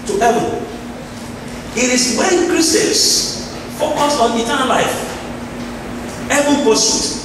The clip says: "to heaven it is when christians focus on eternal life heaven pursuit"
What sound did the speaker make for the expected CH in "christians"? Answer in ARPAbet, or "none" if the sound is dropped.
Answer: none